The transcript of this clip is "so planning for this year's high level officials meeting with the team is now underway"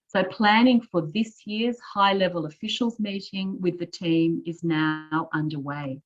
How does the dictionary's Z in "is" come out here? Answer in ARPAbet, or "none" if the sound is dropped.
Z